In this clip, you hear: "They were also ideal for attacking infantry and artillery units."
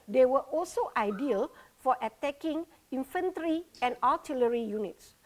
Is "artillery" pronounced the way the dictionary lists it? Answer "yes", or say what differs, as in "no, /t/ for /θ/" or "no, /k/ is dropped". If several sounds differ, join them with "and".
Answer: no, /l/ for /ɹ/